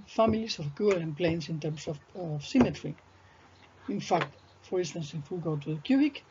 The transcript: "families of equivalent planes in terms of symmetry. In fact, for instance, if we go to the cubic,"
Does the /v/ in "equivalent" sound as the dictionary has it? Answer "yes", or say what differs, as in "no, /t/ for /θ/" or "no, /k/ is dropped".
no, /v/ is dropped